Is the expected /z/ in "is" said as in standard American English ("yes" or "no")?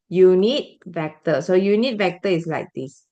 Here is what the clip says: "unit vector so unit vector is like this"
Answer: no